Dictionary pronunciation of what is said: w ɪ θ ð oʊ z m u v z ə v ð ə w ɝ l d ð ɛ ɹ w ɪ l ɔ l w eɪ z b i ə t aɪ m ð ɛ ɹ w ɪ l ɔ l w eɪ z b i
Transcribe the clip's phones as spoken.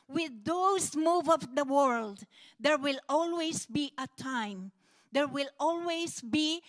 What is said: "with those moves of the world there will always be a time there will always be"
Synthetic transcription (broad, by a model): w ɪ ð oʊ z m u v ə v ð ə w ɝ l d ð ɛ ɹ w ɪ l ɔ l w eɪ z b i ə t aɪ m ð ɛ ɹ w ɪ l ɔ l w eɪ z b i